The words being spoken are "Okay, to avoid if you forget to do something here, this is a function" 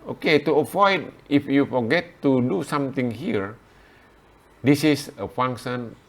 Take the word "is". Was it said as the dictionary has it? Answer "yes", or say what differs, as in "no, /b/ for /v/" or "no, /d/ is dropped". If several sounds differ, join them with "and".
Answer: no, /s/ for /z/